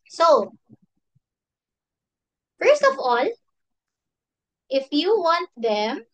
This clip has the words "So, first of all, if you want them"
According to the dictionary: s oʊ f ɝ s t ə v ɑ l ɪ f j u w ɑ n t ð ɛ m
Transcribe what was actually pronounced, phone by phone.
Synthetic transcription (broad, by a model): s oʊ f ɝ s t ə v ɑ l ɪ f j u w ɑ n t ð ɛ m